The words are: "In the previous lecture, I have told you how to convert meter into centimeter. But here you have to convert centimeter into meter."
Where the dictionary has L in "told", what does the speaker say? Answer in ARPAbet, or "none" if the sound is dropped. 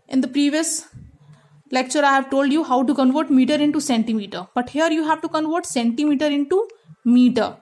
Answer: L